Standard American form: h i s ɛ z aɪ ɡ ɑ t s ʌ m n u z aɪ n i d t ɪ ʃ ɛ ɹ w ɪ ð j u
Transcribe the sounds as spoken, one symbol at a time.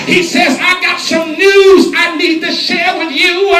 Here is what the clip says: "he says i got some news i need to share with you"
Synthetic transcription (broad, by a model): h i s ɛ z aɪ ɡ ɑ t s ʌ m n u z aɪ n i d t ɪ ʃ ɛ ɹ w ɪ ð j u